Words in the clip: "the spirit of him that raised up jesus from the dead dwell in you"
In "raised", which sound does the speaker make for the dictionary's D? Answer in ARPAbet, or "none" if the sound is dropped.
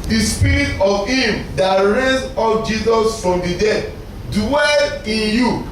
none